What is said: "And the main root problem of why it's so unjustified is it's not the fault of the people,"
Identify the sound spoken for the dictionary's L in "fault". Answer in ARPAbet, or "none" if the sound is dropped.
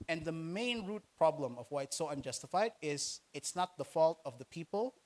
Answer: L